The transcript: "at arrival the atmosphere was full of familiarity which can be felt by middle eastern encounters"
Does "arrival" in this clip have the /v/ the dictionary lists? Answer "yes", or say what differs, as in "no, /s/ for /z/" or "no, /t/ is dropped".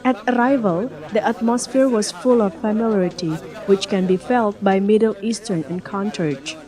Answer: yes